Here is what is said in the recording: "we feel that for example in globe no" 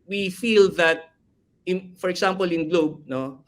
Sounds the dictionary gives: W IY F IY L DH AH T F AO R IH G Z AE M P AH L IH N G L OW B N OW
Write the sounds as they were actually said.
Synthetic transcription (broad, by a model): W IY F IY L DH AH T F AO R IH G S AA M P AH L IH N G L OW B N OW